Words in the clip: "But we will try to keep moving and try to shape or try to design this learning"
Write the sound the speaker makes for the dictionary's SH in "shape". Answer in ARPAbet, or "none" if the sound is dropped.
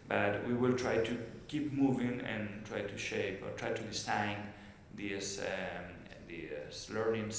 SH